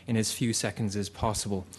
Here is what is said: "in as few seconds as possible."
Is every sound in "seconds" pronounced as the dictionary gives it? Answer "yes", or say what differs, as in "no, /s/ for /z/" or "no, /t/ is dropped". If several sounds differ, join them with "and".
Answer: yes